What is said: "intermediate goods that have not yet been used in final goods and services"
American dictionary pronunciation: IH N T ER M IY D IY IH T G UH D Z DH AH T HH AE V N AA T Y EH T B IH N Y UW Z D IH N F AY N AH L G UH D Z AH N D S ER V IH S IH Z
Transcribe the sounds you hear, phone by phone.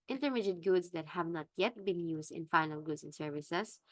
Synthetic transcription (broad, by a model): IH N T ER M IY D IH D G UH D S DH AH T HH AE V N AA T Y EH T B IH N Y UW S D IH N F AY N AH L G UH D S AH N S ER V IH S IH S